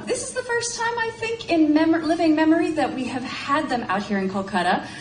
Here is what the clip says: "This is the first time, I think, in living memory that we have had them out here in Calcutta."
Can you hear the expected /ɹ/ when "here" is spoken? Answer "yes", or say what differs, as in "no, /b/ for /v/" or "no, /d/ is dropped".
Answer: yes